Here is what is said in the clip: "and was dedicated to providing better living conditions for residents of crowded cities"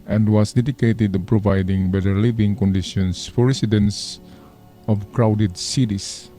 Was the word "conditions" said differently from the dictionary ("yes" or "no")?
yes